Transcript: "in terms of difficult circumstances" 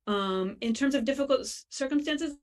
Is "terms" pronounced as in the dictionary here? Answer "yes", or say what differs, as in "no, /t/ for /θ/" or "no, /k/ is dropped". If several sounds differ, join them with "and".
yes